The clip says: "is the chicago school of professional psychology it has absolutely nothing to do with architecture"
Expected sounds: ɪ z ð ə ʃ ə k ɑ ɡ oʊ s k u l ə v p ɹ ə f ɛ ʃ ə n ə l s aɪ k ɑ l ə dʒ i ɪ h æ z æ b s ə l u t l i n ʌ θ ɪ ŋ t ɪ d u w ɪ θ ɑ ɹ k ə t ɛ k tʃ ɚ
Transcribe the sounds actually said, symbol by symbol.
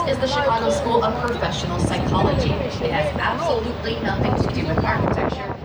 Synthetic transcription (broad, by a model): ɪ z ð ə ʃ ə ɑ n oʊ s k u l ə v p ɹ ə f ɛ ʃ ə n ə l s aɪ k ɑ l ə dʒ i ɪ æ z æ b s ə l u t l i n ʌ θ ɪ ŋ t ɪ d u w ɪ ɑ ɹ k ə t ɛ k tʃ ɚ